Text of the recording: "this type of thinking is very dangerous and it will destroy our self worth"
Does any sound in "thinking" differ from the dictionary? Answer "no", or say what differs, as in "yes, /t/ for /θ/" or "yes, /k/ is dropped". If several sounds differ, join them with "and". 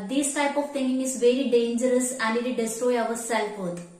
yes, /t/ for /θ/ and /k/ is dropped